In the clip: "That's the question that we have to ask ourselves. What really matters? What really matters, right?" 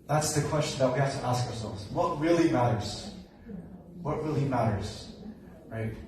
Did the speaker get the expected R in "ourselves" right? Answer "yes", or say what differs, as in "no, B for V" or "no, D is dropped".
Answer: yes